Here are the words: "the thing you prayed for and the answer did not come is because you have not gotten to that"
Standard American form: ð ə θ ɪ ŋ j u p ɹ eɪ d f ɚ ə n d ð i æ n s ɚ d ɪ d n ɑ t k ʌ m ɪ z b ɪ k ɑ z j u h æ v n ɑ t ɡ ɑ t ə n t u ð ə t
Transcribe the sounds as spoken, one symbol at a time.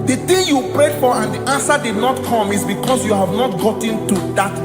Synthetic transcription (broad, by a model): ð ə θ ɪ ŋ j u p ɹ eɪ d f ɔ ə n d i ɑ n s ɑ d ɪ d n ɑ t k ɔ m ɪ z b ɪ k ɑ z j u h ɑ v n ɑ t ɡ ɑ t ə n t u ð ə t